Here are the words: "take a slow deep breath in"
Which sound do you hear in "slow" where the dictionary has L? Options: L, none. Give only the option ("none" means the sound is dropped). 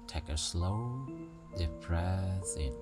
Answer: L